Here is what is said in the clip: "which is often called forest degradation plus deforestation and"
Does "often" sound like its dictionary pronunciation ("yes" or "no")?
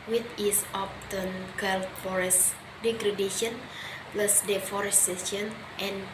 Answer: no